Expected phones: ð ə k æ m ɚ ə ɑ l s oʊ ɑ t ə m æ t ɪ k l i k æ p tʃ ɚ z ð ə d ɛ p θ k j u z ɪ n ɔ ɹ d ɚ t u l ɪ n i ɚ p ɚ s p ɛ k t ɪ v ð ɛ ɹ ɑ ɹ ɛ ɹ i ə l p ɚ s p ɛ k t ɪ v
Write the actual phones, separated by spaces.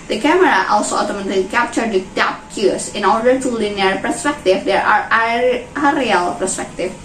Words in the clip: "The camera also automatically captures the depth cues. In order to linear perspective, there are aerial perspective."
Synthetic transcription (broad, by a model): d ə k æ m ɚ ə ɑ l s oʊ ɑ t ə m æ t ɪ l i k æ p tʃ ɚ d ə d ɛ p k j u s ɪ n ɔ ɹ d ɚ t u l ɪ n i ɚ p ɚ s p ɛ k t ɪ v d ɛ ɹ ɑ ɹ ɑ ɹ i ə l p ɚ s p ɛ k t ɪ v